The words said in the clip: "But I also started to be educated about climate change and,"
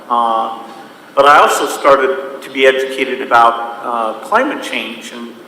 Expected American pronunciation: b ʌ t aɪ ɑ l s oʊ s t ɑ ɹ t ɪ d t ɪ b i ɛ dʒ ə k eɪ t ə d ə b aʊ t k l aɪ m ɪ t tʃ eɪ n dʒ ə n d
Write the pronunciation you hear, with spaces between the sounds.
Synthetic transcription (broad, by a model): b ʌ t aɪ ɑ l s oʊ s t ɑ ɹ t ɪ d t ɪ b i ɛ dʒ ə k eɪ t ə d ə b aʊ t k l aɪ m ɪ t tʃ eɪ n dʒ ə n